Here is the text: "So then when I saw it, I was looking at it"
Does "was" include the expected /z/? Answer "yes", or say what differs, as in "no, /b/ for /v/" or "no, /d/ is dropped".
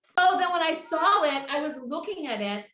yes